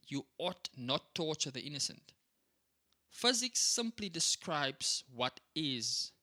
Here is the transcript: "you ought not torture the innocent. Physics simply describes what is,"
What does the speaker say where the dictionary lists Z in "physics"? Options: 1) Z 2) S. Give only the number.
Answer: 1